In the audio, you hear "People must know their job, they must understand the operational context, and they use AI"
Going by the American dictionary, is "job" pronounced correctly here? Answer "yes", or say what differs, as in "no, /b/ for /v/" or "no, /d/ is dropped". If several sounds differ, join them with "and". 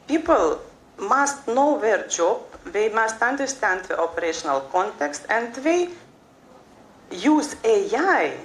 yes